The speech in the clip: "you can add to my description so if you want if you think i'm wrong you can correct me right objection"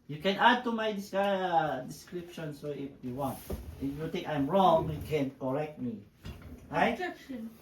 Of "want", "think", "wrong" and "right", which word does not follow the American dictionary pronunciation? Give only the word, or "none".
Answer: think